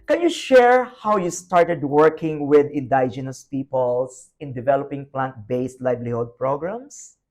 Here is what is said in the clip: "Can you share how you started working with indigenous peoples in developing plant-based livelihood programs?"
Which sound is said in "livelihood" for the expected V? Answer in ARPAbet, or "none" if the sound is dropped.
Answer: B